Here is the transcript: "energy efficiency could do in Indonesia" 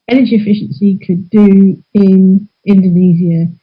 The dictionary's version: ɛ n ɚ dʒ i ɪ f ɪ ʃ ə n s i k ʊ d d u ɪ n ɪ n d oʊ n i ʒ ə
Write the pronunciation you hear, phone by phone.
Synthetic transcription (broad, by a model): ɛ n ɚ dʒ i ɪ f ɪ ʃ ə n s i k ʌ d d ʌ ɪ n ɪ n d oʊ n i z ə